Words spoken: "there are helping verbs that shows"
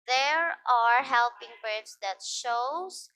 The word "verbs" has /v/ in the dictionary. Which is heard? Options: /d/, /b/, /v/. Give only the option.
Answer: /b/